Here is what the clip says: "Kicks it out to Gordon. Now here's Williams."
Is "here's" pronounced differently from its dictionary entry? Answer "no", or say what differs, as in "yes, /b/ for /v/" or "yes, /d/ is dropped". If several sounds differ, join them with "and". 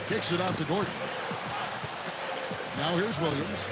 no